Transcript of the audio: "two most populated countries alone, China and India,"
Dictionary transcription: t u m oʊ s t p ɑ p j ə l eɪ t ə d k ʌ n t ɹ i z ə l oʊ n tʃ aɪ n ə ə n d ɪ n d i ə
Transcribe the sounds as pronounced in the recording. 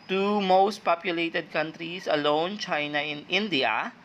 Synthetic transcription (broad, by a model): t u m oʊ s t p ɑ p j ə l eɪ t ə d k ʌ n t ɹ i s ə l oʊ n tʃ aɪ n ə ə n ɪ n d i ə